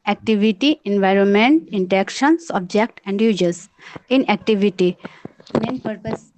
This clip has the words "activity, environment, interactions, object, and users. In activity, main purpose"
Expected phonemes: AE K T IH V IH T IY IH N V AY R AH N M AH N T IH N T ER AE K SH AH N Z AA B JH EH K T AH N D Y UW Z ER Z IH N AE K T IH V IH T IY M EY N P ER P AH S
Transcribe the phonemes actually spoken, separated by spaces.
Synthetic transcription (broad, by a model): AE K T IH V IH T IY IH N V AY R AH N M AH N T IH N T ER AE K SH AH N S AA B JH EH K T AH N D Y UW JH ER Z IH N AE K T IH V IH T IY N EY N P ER P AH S